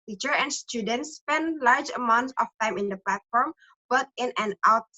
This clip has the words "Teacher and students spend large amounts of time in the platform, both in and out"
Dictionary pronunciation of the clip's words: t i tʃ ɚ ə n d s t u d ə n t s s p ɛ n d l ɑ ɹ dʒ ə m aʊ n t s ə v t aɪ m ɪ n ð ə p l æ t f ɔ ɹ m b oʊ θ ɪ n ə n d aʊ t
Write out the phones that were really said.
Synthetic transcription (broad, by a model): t i tʃ ɚ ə n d s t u d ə n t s s p ɛ n d l ɑ ɹ dʒ ə m aʊ n t s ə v t aɪ m ɪ n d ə p l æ t f ɔ ɹ m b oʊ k ɪ n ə n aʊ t